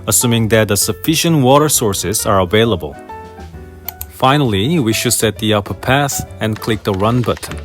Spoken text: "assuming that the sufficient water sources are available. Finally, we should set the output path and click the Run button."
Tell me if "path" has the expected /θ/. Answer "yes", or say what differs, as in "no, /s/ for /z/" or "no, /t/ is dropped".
no, /s/ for /θ/